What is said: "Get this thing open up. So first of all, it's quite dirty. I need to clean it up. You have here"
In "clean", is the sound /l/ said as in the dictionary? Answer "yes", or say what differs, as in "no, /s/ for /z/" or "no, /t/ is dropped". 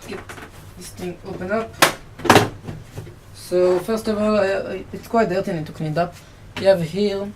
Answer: no, /n/ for /l/